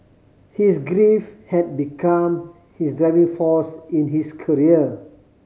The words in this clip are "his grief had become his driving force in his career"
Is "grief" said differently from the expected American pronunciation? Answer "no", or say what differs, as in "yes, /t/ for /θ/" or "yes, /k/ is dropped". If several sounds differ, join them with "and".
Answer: no